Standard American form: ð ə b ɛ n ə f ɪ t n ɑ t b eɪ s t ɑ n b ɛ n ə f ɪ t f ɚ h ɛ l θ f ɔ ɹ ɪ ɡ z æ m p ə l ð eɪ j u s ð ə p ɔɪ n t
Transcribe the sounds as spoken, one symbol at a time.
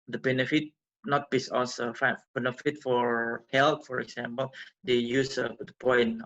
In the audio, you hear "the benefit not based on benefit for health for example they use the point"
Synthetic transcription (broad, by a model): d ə b ɛ n ə f ɪ t n ɑ t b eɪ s ɑ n b ɛ n ə f ɪ t f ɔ h ɛ l t f ɔ ɹ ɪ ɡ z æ m p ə l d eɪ j u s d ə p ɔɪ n